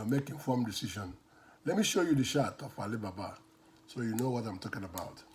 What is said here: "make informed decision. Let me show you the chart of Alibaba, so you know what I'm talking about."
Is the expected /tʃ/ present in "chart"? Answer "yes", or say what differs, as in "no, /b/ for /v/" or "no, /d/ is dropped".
no, /ʃ/ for /tʃ/